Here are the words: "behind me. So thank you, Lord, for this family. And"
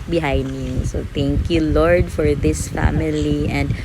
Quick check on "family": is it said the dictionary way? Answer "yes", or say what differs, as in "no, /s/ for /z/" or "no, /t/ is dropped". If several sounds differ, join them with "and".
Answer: yes